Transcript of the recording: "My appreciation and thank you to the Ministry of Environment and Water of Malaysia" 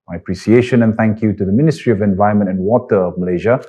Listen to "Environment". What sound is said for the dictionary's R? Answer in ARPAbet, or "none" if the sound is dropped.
none